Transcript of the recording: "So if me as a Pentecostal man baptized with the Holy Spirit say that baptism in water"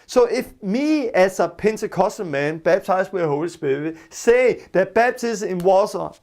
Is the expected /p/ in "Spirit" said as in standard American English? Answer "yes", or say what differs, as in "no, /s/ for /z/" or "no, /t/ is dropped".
no, /b/ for /p/